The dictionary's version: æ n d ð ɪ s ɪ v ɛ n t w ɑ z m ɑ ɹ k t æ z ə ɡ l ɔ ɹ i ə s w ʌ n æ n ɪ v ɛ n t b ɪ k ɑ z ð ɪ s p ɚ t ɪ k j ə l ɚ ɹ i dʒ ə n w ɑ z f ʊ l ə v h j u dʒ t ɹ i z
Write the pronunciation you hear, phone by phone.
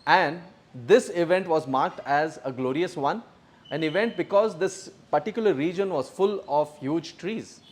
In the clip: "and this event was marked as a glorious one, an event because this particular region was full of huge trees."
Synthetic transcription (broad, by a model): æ n d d ɪ s ɪ v ɛ n t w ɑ z m ɑ ɹ k t æ z ə ɡ l ɔ ɹ i ə s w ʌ n æ n ɪ v ɛ n t b ɪ k ɑ z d ɪ s p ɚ t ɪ k j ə l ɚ ɹ i dʒ ə n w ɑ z f ʊ l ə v h j u dʒ t ɹ i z